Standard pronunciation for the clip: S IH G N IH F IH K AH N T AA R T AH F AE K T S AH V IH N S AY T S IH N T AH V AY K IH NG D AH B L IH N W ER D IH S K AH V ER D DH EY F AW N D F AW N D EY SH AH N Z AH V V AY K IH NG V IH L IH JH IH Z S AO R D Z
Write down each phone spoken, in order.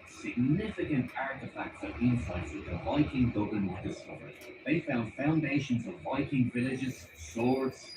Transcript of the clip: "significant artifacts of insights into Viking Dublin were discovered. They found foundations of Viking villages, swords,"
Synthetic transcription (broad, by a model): S IH G N IH F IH K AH N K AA R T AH F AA K T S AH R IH N S AY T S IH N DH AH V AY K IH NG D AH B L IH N W ER D IH S K AH V ER D DH EY F AW N D F AW N D EY SH AH N Z AH V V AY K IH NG V IH L IH JH IH Z S AO R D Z